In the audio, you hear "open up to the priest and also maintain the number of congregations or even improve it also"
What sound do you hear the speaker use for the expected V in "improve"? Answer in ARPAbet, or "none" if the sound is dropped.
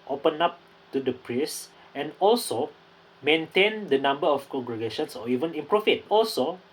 F